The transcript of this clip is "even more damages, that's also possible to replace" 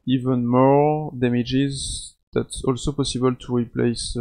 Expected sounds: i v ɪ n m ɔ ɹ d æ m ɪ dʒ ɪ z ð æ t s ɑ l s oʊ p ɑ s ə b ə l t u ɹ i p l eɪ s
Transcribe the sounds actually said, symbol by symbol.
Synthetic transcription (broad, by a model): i v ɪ n m ɔ ɹ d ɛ m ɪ dʒ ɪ z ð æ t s ɑ l s oʊ p ɑ s ə b ə l t u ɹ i p l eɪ s